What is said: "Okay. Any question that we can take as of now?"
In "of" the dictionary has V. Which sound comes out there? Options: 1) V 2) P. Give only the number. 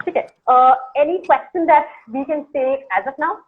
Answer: 2